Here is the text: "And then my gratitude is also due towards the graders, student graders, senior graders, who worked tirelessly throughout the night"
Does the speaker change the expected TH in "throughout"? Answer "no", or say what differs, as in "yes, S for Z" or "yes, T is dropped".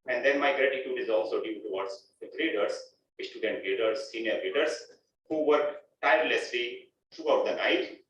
yes, T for TH